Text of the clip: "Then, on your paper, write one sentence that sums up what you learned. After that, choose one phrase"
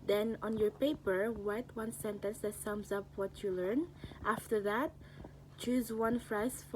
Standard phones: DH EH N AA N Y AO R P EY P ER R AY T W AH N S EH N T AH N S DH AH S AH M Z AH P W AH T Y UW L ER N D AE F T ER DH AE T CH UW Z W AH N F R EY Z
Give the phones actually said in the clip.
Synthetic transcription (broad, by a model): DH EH N AA N Y AO R P EY P ER W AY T W AH N S EH N T AH N S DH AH S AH M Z AH P W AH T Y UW L ER N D AE F T ER DH AE T CH UW Z W AH N F R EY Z